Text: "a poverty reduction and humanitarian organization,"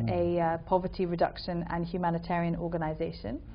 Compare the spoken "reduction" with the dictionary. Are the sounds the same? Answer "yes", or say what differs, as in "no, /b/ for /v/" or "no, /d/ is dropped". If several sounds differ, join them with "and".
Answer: yes